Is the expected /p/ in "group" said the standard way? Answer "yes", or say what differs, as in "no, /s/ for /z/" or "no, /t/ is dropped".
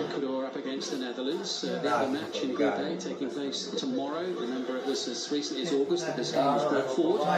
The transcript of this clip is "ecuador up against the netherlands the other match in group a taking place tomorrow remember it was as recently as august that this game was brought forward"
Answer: no, /p/ is dropped